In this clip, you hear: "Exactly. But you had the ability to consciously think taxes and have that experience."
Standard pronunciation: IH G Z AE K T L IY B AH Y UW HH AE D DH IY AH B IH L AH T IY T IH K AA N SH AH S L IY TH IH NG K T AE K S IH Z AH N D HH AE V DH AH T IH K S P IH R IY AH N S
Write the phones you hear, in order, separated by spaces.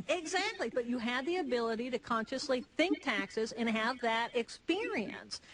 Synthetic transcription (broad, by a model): IH G Z AE K T L IY B AH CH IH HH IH D DH IY AH B IH L AH T IY T IH K AA N SH AH S L IY TH IH NG K T AE K S IH Z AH N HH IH V DH AH T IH K S P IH R IY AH N S